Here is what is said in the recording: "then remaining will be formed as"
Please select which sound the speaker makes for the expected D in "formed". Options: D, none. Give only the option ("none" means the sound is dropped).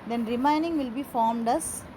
D